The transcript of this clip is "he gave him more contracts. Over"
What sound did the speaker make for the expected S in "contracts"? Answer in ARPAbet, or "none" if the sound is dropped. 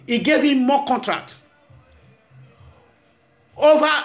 none